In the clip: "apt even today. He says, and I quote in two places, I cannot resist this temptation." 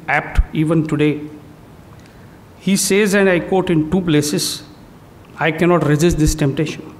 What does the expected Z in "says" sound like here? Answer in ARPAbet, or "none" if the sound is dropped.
Z